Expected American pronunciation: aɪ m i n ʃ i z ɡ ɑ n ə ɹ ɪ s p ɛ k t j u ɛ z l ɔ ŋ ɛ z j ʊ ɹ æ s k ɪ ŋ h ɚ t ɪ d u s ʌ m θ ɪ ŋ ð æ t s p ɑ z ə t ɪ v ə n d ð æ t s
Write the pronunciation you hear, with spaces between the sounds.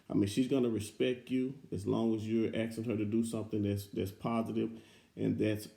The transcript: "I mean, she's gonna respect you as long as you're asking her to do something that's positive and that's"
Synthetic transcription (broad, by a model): aɪ m i n ʃ i z ɡ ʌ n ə ɹ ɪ s p ɛ k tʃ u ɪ z l ɔ ŋ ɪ z j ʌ ɹ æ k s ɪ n h ɚ t ɪ d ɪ s ʌ m θ ɪ ŋ ð æ t s p ɑ z ə t ɪ v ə n ð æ t s